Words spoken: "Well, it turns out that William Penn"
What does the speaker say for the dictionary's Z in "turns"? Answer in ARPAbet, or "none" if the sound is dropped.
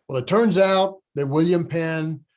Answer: Z